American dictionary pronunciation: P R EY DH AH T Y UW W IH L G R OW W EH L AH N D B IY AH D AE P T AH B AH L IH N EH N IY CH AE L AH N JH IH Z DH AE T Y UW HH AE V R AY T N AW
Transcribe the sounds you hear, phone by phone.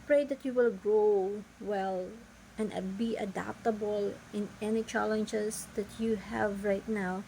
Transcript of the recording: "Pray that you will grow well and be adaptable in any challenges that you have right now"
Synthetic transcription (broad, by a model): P R EY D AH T Y UW W IH L G R OW W EH L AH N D B IY AH D AE P T AH B AH L IH N EH N IY CH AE L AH N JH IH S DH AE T Y UW HH AE V R AY T N AW